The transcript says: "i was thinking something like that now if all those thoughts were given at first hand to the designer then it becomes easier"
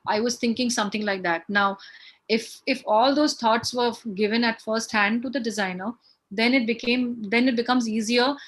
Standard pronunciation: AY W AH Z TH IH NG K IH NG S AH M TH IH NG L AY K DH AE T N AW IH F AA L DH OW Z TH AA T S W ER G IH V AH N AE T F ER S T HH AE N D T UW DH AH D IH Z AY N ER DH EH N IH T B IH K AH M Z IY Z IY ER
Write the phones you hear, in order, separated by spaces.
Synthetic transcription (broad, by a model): AY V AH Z T IH NG K IH NG S AH M T IH NG L AY K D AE T N AW IH F AA L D OW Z T AA T S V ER G IH V AH N AE T F ER S T HH AE N D T UW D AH D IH Z AY N ER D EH N IH T B IH K AH M Z IY Z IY ER